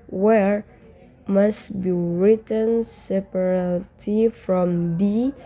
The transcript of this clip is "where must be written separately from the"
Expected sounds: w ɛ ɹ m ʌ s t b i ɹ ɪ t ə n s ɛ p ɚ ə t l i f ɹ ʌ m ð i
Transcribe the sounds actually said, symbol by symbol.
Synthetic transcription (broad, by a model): w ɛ ɹ m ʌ s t b i ɹ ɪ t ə n s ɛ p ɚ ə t i f ɹ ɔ m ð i